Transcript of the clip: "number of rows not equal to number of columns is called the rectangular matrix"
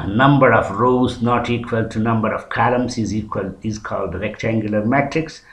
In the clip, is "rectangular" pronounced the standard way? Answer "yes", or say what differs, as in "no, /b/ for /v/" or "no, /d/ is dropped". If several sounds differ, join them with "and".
yes